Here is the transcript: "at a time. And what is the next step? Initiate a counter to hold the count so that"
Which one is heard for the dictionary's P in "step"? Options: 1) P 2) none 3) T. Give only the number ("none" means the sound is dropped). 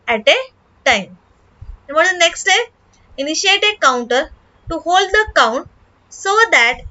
2